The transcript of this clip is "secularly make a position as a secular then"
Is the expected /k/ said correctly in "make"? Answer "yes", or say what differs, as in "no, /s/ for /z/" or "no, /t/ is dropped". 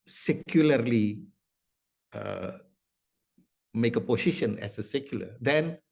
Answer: yes